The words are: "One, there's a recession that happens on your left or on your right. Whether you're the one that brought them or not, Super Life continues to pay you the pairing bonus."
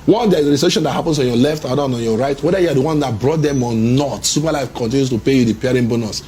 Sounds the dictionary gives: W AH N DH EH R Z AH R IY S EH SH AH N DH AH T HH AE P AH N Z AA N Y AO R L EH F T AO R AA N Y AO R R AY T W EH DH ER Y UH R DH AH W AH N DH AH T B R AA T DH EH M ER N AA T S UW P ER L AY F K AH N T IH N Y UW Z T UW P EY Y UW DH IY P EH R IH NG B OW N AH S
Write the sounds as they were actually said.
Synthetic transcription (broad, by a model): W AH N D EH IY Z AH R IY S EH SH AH N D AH T HH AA P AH N S AA N Y AO L EH F T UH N AA N Y AO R R AY T W EH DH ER Y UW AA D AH W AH N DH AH T B R AA T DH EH M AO N AA T S UW P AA L AY F K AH N T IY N Y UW S T UW P EY Y UW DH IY P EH R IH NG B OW N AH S